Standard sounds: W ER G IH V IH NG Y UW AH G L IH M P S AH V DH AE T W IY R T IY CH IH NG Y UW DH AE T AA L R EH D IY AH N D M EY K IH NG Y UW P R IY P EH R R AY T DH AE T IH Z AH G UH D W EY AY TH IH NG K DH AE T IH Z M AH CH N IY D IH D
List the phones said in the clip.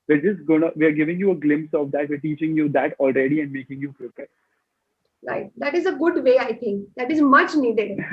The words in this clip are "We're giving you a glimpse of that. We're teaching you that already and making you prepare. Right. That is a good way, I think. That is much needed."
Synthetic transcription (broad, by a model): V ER G IH V IH NG Y UW AH G L IH M P S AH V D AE T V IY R T IY CH IH NG Y UW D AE T AA L R EH D IY AH N D M EY K IH NG Y UW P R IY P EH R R AY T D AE T IH Z AH G UH D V EY AY T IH NG K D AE T IH Z M AH CH N IY D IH D